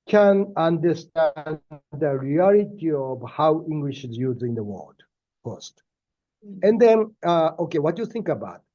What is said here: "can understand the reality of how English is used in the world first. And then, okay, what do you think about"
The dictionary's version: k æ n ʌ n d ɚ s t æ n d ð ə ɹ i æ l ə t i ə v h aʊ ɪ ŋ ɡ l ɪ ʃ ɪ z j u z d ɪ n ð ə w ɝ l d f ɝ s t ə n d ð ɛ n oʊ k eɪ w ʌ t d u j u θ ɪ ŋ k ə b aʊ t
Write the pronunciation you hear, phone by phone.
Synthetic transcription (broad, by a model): k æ n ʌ n d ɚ s t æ n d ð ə ɹ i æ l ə t i ə v h aʊ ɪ ŋ ɡ l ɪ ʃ ɪ z j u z ɪ n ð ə w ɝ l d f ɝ s t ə n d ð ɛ n oʊ k eɪ w ʌ t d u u θ ɪ ŋ k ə b aʊ t